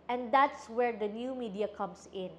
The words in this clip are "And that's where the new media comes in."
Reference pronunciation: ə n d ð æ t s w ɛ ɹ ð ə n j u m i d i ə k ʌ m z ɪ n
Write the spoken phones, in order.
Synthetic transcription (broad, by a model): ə n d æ t s w ɛ ɹ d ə n j u m i d i ə k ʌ m s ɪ n